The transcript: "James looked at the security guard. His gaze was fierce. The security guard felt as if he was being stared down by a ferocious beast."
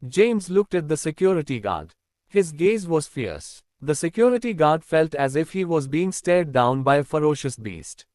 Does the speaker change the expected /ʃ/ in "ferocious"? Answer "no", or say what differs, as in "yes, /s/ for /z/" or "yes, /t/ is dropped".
no